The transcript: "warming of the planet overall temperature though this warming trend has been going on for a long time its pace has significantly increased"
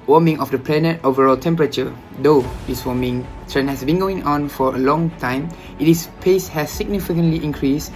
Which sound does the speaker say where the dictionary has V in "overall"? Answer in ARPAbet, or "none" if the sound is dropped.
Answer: V